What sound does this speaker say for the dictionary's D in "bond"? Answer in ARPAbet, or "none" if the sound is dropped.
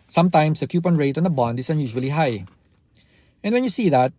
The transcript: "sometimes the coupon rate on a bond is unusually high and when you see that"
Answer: D